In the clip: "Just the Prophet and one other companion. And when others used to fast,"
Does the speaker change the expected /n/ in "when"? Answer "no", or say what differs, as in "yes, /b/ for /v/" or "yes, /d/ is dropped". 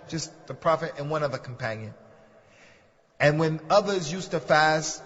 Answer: no